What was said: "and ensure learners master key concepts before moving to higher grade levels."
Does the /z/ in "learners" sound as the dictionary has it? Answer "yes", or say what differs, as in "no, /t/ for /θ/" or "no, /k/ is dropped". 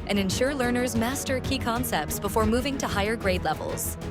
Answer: yes